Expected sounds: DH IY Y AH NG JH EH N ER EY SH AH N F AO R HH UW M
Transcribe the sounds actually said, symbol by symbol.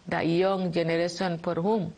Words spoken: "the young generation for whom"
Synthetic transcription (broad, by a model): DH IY Y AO NG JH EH N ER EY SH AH N P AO R HH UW M